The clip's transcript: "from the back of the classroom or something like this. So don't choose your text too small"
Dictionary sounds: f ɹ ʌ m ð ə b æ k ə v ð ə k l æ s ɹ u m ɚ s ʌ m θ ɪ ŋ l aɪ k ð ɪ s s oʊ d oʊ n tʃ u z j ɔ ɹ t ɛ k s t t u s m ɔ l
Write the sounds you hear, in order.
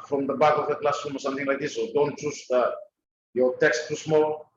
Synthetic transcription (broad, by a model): f ɹ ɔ m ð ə b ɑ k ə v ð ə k l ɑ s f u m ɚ s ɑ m t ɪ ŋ l aɪ k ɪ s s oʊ d oʊ n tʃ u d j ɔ t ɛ k s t t u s m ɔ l